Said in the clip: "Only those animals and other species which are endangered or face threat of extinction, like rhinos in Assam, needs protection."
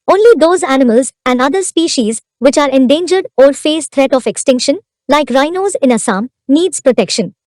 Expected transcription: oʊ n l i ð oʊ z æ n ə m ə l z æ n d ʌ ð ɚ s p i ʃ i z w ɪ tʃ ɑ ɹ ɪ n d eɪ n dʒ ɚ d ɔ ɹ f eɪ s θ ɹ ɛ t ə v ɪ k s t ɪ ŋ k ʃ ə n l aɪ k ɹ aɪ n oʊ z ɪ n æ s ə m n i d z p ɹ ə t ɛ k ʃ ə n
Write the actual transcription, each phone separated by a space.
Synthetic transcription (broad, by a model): oʊ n l i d oʊ z æ n ə m ə l z æ n d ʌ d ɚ s p i ʃ i z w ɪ tʃ ɑ ɹ ɪ n d eɪ n dʒ ɚ d ɔ ɹ f eɪ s t ɹ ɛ t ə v ɪ k s t ɪ ŋ k ʃ ə n l aɪ k ɹ aɪ n oʊ z ɪ n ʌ s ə m n i d z p ɹ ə t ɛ k ʃ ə n